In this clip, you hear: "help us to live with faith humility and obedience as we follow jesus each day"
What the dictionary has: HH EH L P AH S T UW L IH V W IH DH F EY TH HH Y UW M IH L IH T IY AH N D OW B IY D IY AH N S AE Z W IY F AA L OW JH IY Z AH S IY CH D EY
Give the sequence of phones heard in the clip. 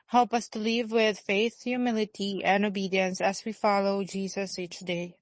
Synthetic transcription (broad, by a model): HH EH L P AH S T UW L IH V W IH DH F EY TH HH Y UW M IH L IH T IY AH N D OW B IY D IY AH N S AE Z W IY F AA L OW JH IY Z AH S IY CH D EY